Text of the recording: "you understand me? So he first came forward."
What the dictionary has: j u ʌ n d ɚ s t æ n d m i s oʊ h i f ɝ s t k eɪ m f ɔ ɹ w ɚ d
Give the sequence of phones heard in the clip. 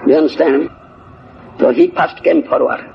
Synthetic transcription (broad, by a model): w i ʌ n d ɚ s t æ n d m s oʊ h i p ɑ s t k eɪ m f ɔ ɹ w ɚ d